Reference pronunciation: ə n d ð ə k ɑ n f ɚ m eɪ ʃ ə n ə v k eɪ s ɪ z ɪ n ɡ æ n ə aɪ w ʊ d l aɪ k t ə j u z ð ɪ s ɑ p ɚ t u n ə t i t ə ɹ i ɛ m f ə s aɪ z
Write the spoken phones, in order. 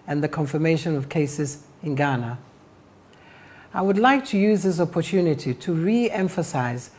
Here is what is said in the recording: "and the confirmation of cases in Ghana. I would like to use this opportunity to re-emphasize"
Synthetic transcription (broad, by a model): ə n ð ə k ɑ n f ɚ m eɪ ʃ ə n ə v k eɪ s ɪ z ɪ n ɡ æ n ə aɪ w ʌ d l aɪ k t ə j u z ð ɪ s ɑ p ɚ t u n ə t i t ə ɹ i ɛ m f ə s aɪ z